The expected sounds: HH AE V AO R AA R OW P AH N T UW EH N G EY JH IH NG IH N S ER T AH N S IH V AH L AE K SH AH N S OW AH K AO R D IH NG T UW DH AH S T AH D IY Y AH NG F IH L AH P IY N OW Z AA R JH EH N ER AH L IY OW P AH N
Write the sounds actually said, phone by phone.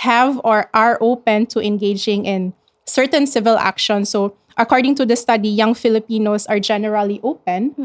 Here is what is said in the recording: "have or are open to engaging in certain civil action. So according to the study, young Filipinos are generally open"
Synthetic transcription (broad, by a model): HH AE V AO R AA R OW P AH N T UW EH N G EY JH IH NG IH N S ER T AH N S IH V AH L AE K SH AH N S OW AH K AO R D IH NG T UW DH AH S T AH D IY Y AH NG F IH L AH P IY N OW S AA R JH EH N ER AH L IY OW P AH N